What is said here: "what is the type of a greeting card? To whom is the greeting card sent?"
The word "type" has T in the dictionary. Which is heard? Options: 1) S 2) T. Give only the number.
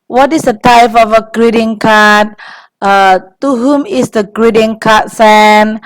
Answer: 2